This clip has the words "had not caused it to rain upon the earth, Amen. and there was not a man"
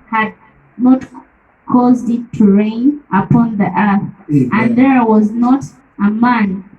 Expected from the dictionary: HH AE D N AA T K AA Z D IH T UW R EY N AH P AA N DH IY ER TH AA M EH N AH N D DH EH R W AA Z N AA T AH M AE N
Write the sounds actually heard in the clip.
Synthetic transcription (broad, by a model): HH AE D N AA T K AA Z D IH T UW R EY N AH P AA N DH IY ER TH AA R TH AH N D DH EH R W AA Z N AA T AH M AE N